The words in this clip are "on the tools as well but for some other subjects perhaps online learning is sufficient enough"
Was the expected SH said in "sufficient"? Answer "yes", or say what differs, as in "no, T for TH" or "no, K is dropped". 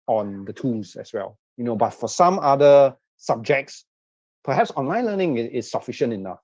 yes